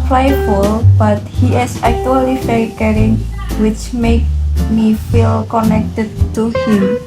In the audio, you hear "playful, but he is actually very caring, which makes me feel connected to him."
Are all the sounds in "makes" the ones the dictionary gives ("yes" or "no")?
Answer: no